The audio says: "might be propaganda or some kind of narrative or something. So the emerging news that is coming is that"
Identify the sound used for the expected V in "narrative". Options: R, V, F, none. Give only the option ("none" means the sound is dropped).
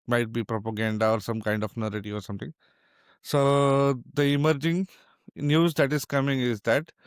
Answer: none